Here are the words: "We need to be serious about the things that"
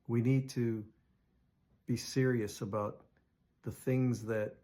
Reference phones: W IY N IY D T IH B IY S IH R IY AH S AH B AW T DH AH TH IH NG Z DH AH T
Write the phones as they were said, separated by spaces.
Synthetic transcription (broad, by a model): W IY N IY D T IH B IY S IH R IY AH S AH B AW T DH AH TH IH NG Z DH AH T